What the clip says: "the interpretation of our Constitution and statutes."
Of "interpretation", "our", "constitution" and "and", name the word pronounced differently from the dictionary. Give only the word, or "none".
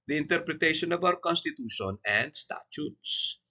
our